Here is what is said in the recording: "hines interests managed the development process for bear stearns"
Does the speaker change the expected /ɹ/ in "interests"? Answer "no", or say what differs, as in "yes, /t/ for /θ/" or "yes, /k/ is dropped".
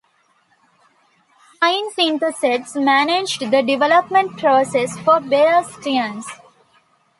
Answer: yes, /ɹ/ is dropped